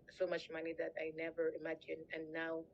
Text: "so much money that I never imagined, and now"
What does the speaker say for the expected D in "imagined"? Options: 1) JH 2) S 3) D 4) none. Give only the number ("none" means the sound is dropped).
4